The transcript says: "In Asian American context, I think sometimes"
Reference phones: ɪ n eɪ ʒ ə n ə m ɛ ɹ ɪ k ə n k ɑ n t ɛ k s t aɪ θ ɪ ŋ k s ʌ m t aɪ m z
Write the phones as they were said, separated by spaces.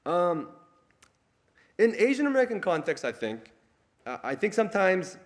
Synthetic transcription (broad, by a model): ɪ n eɪ ʒ ə n ə m ɛ ɹ ɪ k ə n k ɑ n t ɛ k s t aɪ θ ɪ ŋ k s ʌ m t aɪ m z